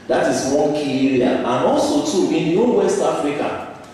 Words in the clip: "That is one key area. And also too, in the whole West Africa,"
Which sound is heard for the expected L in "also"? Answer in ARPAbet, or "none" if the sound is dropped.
L